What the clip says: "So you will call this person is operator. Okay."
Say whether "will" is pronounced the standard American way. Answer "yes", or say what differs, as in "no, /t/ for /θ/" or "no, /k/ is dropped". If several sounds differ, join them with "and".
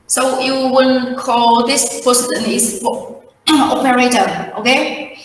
no, /n/ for /l/